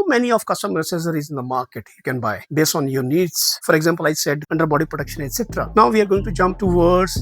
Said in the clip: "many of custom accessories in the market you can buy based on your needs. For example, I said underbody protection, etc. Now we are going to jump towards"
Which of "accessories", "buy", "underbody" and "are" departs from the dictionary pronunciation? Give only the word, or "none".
accessories